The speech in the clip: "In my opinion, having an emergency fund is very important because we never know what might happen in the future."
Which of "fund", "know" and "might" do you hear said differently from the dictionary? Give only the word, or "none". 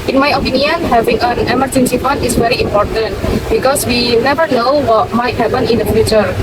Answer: fund